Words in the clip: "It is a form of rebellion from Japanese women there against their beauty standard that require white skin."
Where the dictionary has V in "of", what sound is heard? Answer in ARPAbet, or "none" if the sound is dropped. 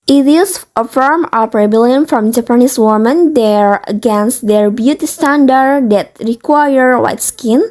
P